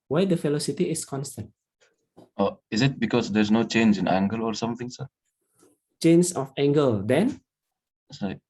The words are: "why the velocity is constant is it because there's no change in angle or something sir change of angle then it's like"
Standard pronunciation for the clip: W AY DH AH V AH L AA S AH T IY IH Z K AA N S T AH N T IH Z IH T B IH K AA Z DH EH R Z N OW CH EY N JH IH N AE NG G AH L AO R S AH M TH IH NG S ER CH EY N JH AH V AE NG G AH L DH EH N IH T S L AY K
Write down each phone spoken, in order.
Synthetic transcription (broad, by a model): W AY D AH F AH L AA S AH T IY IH S K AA N S T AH N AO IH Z IH T B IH K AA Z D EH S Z N OW CH EY N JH IH N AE NG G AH L AO R S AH M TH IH NG S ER CH EY N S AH F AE NG G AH L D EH N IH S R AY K